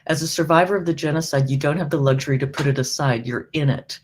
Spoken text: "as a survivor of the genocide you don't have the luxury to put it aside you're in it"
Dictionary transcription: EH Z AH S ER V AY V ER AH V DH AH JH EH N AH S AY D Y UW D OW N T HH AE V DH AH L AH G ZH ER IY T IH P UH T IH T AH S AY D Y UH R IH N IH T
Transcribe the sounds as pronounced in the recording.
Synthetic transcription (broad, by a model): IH Z AH S ER V AY V ER AH V DH AH JH EH N AH S AY D Y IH D OW N T HH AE V DH AH L AH G ZH ER IY T IH P UH T IH T AH S AY D Y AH R IH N IH T